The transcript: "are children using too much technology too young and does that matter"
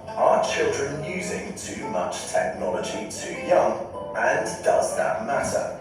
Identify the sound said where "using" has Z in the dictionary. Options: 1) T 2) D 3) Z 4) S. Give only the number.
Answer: 3